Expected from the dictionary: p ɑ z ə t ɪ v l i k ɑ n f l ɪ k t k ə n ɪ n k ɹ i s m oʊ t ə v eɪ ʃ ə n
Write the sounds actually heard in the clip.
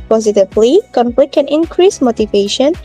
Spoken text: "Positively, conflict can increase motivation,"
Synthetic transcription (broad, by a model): p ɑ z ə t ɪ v l i k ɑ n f l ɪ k k ə n ɪ n k ɹ i s m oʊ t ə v eɪ ʃ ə n